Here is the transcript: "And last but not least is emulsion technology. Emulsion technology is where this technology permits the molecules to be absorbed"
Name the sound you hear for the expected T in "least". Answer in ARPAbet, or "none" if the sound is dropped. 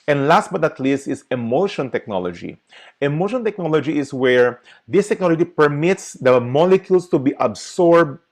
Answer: T